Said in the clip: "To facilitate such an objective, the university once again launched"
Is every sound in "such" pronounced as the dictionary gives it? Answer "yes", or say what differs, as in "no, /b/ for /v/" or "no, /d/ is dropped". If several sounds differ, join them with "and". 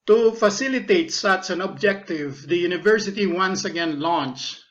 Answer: no, /s/ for /tʃ/